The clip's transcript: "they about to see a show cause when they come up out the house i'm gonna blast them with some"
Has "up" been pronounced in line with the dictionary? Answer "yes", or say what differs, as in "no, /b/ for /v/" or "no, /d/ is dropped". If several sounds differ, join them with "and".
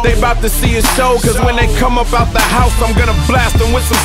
no, /b/ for /p/